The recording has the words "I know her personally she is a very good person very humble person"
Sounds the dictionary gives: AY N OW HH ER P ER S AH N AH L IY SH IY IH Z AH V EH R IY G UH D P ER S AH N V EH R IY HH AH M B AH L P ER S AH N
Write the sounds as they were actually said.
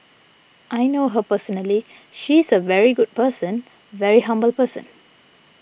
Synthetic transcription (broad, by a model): AY N OW HH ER P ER S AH N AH L IY SH IY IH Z AH V EH R IY G UH D P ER S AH N V EH R IY HH AH M B AH L P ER S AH N